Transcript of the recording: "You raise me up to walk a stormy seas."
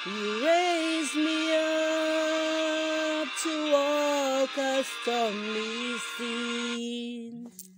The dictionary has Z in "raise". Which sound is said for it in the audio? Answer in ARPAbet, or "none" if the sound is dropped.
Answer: Z